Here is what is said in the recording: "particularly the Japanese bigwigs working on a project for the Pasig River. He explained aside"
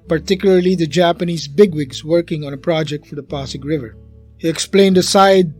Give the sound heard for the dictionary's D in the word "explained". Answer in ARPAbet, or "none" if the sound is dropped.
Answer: D